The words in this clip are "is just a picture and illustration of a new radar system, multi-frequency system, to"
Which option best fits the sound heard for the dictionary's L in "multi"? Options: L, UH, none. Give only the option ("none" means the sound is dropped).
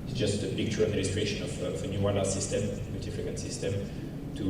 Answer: none